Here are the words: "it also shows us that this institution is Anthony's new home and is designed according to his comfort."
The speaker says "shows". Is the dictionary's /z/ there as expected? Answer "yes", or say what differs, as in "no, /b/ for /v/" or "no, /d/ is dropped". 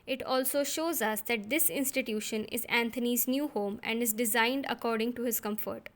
yes